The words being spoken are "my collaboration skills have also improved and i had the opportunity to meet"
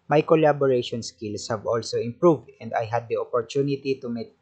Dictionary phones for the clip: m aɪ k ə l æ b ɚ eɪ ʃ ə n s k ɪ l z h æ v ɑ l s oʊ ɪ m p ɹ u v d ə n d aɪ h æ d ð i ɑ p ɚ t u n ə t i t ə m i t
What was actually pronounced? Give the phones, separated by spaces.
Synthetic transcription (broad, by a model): m aɪ k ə l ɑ b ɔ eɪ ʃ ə n s k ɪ l s h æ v ɑ l s oʊ ɪ m p ɹ u v d ə n d aɪ h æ d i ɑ p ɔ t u n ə t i t ə m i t